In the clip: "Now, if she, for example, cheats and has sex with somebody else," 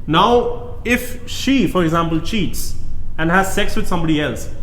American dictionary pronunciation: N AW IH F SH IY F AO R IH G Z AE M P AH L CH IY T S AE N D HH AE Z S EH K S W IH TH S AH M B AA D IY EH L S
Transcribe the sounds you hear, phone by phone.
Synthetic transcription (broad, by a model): N AW IH F SH IY F AO R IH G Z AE M P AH L CH IY T S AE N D HH AE Z S EH K S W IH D S AH M B AA D IY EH L S